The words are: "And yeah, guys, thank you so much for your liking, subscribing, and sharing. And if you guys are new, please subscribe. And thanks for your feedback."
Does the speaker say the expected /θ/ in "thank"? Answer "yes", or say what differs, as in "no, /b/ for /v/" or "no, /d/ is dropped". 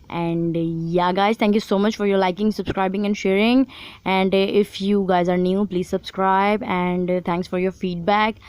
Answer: no, /t/ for /θ/